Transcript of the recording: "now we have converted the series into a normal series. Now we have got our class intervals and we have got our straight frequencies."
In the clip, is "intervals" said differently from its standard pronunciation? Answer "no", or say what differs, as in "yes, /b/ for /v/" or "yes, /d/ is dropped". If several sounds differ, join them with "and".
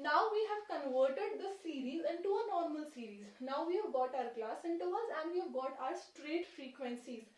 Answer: yes, /v/ is dropped